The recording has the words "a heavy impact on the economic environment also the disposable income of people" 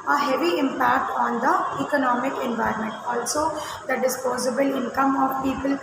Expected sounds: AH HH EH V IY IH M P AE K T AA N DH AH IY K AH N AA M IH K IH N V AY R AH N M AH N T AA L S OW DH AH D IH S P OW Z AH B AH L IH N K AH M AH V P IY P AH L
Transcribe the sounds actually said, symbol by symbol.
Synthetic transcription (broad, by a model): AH HH EH V IY IH M P AE K T AA N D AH IY K AH N AA M IH K IH N V AY R AH N M AH N T AA L S OW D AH D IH S P OW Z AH B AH L IH N K AH M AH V P IY P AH L